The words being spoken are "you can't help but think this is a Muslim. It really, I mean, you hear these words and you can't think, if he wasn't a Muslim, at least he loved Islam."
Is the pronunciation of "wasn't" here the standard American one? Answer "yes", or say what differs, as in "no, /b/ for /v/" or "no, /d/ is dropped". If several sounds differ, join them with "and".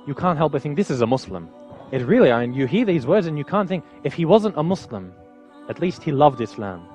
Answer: yes